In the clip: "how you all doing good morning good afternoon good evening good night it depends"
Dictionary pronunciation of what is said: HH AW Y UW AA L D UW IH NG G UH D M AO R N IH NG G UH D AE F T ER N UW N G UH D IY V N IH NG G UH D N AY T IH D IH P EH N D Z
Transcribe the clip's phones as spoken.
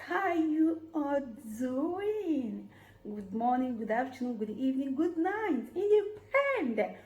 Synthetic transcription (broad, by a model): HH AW Y UW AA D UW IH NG G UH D M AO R N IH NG G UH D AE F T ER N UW G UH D IY V N IH NG G UH D N AY T IH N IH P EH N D